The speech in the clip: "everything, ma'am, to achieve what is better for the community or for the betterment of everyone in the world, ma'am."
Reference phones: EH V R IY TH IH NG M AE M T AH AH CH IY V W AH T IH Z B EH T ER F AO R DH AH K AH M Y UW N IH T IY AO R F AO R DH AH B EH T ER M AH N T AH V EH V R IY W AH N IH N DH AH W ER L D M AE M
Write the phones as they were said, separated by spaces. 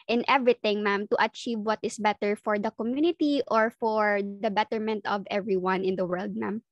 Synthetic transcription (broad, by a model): EH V R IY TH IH NG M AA M T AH AH CH IY V W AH T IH S B EH T ER F AO R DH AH K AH M Y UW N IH T IY AO R F AO R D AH B EH T ER M AH N T AH V EH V R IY W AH N IH N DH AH W ER L D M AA M